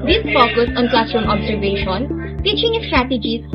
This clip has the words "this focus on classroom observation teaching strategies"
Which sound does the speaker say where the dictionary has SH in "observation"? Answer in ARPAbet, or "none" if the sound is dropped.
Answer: SH